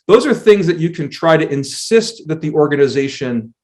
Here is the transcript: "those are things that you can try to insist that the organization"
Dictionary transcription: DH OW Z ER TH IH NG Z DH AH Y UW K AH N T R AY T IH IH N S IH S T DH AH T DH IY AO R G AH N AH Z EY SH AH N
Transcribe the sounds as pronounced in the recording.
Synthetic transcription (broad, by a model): DH OW Z ER TH IH NG Z DH AH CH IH K AH N T R AY T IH IH N S IH S T DH AH T DH IY AO R G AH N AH Z EY SH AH N